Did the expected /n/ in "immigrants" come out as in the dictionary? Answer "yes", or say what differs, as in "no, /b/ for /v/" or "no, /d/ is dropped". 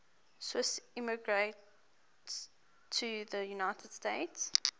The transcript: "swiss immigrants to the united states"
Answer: no, /n/ is dropped